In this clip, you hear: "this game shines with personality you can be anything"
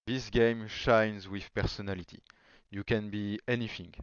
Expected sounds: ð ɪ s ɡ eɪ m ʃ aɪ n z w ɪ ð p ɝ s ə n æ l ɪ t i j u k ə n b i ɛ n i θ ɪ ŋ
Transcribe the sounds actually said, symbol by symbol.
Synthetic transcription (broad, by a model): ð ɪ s ɡ eɪ m ʃ aɪ n z w ɪ ð p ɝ s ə n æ l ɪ t i j u k ə n b i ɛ n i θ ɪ ŋ